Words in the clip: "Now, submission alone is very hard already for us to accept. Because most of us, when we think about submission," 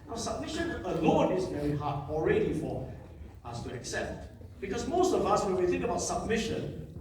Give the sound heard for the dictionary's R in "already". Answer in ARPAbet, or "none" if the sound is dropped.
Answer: R